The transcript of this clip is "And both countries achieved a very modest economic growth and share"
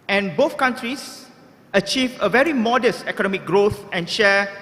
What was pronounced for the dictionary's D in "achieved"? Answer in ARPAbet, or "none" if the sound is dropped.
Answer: none